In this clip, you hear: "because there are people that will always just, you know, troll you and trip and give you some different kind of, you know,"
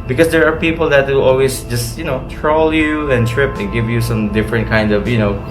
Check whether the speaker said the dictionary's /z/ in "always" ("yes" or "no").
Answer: no